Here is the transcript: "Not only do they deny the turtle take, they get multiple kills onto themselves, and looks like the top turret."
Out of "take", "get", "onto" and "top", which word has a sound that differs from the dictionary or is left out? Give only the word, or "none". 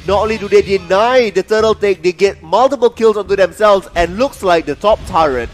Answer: none